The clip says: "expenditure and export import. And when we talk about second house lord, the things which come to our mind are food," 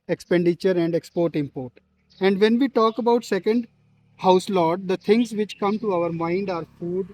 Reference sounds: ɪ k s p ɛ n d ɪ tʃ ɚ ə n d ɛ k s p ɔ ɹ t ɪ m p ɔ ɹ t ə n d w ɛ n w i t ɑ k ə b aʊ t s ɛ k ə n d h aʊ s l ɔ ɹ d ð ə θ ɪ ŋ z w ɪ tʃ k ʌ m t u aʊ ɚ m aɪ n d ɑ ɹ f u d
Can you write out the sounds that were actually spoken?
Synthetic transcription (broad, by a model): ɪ k s p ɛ n d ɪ tʃ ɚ ə n d ɛ k s p ɔ ɹ t ɪ m p ɔ ɹ t ə n d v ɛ n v i t ɑ k ə b aʊ t s ɛ k ə n d h aʊ s l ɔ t d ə t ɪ ŋ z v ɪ tʃ k ʌ m t u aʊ ɚ m aɪ n d ɑ ɹ f u d